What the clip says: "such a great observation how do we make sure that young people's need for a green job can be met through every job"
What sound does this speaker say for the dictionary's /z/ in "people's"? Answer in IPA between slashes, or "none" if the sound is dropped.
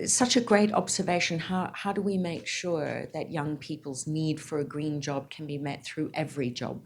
/z/